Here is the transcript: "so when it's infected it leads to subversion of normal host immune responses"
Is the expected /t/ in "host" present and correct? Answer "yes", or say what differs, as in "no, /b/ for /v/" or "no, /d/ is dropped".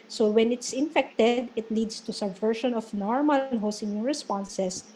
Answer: no, /t/ is dropped